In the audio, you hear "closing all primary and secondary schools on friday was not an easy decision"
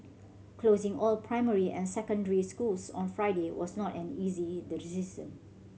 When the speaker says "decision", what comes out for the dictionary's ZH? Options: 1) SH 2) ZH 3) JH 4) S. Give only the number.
4